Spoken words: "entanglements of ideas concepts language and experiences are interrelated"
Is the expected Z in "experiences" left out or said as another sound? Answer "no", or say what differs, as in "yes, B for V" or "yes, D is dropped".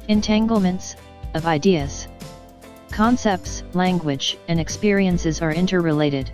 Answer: no